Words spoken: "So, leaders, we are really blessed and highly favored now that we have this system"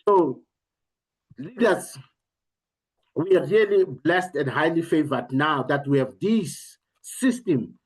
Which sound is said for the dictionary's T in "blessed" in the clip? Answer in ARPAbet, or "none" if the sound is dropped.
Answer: T